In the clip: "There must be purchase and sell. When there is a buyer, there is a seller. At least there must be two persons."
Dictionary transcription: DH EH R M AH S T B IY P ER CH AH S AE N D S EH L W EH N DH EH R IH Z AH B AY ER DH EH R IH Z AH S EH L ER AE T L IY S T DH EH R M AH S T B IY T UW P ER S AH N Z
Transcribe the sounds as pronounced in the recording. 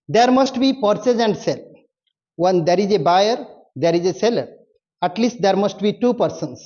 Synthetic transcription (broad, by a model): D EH R M AH S T B IY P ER S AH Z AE N D S EH L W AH N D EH R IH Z AH B AY ER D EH R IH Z AH S EH L ER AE T L IY S T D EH R M AH S T B IY T UW P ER S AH N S